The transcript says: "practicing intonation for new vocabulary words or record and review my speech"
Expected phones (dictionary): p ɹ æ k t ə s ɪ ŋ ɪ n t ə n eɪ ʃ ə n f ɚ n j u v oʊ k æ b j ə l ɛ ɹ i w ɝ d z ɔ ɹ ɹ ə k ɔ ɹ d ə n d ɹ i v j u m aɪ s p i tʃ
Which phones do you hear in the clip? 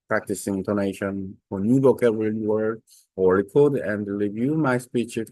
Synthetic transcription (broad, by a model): p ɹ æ k t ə s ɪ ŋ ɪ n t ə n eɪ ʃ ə n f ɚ n j u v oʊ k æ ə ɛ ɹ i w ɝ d ɔ l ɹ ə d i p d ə n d ɹ i v j u m aɪ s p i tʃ